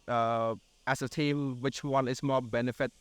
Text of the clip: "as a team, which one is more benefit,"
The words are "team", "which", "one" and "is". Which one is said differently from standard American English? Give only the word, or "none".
is